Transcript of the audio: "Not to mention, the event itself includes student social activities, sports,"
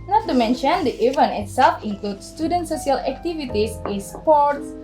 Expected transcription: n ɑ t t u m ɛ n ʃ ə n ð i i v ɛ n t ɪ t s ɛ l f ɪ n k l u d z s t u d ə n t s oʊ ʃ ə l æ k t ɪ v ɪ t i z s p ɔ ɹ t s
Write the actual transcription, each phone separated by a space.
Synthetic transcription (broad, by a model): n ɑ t t u m ɛ n ʃ ə n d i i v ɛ n ɪ t s ɛ l f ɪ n k l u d s t u d ə n t s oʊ s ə l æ k t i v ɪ t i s s p ɔ ɹ t s